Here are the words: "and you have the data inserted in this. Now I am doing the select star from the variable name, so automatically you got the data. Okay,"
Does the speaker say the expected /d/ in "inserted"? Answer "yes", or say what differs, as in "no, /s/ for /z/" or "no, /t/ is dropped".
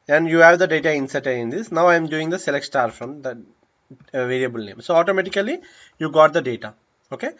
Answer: no, /d/ is dropped